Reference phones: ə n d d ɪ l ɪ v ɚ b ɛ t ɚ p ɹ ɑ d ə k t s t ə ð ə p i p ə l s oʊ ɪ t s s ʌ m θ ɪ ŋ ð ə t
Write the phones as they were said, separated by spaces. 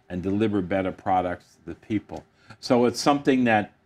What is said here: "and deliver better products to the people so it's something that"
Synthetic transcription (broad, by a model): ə n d d ɪ l ɪ v ɚ b ɛ t ɚ p ɹ ɑ d ə k t s t ə ð ə p i p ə l s oʊ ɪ t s s ʌ m θ ɪ ŋ ð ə t